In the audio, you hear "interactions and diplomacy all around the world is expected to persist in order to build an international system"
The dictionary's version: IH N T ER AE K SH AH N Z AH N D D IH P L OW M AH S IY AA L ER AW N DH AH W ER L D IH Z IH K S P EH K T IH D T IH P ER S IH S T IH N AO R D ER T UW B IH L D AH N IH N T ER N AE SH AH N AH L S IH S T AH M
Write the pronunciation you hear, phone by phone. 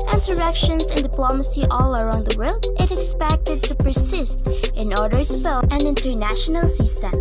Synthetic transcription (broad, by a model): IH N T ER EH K SH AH N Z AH N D D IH P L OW M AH S IY AA L ER AW N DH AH W ER L D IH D IH K S P EH K T IH D T IH P ER S IH S T IH N AO R D ER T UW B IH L AH N IH N T ER N AE SH AH N AH L S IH S T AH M